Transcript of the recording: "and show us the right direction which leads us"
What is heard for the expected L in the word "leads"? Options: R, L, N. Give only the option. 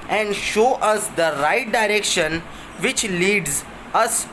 L